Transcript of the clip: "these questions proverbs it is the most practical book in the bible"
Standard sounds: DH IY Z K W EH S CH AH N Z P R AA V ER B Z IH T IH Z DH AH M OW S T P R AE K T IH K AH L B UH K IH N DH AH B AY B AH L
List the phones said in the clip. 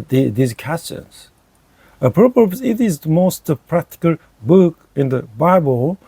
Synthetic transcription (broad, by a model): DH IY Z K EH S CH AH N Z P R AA P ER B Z IH T IH Z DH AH M OW S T P R AE K T IH K AH L B UH K IH N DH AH B AY B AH L